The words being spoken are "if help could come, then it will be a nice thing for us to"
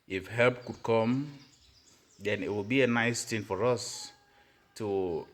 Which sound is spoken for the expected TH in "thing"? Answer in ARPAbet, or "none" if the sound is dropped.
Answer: T